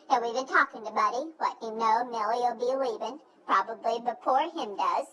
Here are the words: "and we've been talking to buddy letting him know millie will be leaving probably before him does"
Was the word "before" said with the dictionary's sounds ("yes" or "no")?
no